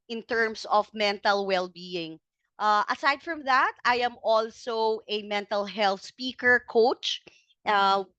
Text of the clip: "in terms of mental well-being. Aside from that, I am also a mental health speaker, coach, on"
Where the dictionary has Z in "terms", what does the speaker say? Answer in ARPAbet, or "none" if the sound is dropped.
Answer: S